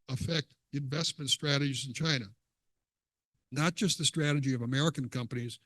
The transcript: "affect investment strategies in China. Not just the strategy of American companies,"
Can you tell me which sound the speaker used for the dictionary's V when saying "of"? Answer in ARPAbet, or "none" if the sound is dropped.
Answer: V